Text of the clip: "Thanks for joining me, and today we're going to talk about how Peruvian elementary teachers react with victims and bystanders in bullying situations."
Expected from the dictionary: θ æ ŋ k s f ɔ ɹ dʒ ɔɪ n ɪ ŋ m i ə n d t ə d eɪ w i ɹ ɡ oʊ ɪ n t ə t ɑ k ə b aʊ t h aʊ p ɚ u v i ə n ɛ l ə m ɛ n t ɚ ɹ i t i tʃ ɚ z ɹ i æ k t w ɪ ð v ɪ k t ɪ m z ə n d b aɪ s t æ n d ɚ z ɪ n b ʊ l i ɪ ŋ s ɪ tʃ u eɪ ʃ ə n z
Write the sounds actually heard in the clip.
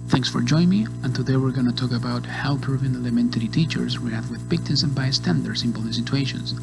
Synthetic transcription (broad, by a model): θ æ ŋ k s f ɔ ɹ dʒ ɔɪ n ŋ m i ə n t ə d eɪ w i ɹ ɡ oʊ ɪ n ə t ɑ k ə b aʊ t h aʊ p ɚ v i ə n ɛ l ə m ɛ n t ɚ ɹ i t i tʃ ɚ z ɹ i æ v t w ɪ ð p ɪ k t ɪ z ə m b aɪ s t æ n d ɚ s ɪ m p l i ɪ s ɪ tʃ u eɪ ʃ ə n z